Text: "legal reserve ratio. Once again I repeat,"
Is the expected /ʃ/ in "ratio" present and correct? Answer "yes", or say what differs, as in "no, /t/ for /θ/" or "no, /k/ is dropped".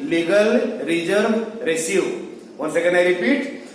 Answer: no, /s/ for /ʃ/